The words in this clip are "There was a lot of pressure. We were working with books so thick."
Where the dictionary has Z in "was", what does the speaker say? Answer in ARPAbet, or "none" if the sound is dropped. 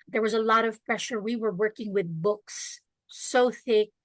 Z